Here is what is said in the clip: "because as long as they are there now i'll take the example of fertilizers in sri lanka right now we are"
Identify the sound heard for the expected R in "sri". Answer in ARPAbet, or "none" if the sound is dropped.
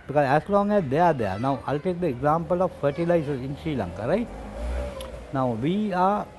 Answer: none